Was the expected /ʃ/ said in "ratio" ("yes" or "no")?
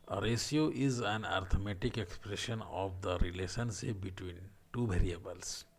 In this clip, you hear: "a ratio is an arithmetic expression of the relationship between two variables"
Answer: no